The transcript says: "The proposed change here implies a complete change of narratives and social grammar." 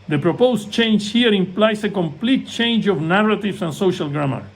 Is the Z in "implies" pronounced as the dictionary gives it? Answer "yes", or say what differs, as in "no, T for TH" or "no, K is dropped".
no, S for Z